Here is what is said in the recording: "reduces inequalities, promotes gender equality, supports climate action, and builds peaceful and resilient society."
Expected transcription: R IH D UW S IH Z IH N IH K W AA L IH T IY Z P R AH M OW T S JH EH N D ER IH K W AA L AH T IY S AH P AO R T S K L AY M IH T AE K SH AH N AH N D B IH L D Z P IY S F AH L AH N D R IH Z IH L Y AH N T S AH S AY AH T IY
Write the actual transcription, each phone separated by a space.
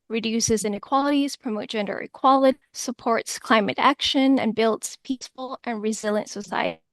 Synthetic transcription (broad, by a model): R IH D UW S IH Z IH N IH K W AA L IH T IY Z P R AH M OW T JH EH N D ER IH K W AA L AH T IY S AH P AO R T S K L AY M IH T AE K SH AH N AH N B IH L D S P IY S F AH L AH N R IH Z IH L Y AH N T S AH S AY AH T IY